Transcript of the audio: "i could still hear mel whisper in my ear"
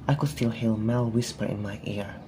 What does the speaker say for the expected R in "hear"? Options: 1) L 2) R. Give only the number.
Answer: 1